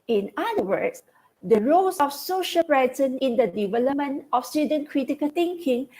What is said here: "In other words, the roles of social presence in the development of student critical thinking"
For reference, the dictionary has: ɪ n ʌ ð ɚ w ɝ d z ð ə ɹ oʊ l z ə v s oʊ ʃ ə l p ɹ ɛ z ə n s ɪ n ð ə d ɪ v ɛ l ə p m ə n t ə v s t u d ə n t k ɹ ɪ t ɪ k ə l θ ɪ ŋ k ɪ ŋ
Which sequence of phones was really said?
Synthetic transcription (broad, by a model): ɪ n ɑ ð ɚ w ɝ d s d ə ɹ oʊ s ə f s oʊ ʃ ə l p ɹ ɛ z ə n ɪ n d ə d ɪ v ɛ l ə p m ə n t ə f s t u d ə n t k ɹ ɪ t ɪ k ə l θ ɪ ŋ k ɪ ŋ